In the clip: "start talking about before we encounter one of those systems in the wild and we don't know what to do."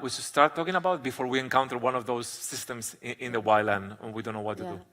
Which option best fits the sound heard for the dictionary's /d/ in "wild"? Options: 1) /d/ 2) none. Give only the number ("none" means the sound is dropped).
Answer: 2